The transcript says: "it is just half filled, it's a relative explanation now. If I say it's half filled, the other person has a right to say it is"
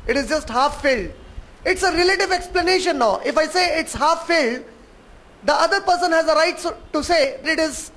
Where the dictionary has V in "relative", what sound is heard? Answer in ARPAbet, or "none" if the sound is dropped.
V